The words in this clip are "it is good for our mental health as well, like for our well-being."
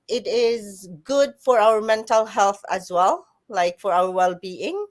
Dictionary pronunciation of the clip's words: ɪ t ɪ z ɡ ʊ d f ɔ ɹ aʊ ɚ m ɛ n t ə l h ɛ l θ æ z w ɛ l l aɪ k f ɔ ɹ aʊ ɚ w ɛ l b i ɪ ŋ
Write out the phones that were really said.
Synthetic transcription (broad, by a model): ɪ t ɪ z ɡ ʊ d f ɔ ɹ aʊ ɚ m ɛ n t ə l h ɛ l θ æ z w ɛ l l aɪ k f ɔ ɹ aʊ ɚ w ɛ l b i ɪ ŋ